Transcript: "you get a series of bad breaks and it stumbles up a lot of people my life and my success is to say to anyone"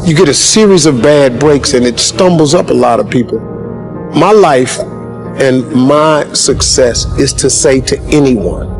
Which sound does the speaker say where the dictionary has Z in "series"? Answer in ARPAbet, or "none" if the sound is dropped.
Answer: Z